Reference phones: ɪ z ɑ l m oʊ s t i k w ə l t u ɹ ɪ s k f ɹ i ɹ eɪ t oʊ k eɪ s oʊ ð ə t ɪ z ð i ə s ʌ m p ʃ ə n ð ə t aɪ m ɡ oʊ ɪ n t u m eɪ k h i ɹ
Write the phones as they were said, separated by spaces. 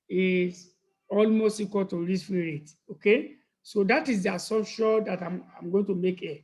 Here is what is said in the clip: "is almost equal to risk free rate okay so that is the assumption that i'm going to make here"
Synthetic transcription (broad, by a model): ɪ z ɑ l m oʊ s t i k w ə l t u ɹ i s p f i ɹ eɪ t oʊ k eɪ s oʊ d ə t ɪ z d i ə s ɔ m ʃ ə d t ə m aɪ m ɡ oʊ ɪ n t u m eɪ k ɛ